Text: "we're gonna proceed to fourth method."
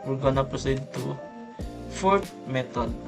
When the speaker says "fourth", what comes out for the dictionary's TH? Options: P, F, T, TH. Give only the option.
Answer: T